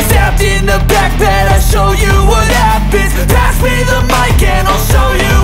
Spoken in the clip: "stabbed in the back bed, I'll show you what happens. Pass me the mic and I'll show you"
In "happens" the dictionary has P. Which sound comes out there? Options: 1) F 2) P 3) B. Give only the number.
3